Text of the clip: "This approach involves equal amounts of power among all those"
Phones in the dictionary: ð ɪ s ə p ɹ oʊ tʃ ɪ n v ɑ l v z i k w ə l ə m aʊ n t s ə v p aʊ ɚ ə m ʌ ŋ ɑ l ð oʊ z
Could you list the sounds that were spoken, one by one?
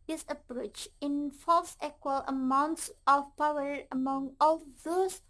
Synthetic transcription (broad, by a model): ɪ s ə p ɹ oʊ tʃ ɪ n f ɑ l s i k w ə l ə m aʊ n t s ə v p aʊ ɚ ə m ʌ ŋ ɑ l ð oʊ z